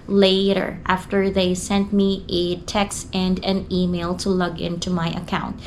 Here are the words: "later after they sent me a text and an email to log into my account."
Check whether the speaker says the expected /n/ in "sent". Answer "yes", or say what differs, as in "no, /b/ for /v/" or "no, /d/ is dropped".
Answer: yes